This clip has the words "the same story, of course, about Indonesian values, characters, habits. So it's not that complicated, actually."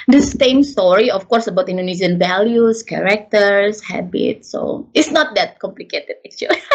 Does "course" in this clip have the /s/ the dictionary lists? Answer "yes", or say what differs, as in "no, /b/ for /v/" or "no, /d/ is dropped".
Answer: yes